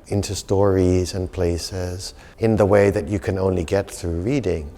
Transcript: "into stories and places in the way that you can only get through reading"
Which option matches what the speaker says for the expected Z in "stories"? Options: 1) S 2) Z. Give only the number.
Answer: 2